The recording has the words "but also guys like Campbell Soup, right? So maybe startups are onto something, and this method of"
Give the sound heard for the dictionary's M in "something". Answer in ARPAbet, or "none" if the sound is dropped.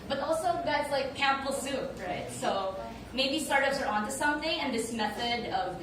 M